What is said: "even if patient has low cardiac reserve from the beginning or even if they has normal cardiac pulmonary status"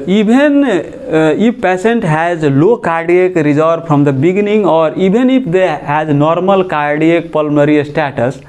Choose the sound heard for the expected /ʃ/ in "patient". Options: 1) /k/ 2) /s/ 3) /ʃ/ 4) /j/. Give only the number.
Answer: 2